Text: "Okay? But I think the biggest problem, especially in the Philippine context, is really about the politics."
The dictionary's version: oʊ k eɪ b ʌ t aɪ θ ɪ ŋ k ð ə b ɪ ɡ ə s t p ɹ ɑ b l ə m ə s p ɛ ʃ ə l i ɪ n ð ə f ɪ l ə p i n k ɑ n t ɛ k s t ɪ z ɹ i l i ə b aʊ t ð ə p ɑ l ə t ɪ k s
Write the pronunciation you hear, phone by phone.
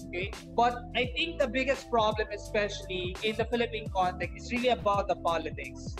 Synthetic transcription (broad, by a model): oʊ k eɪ b ʌ t aɪ t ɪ ŋ k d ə b ɪ ɡ ə s t p ɹ ɑ b l ə m ə s p ɛ ʃ ə l i ɪ n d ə f ɪ l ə p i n k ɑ n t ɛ k s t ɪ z ɹ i l i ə b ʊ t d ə p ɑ l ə t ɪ k s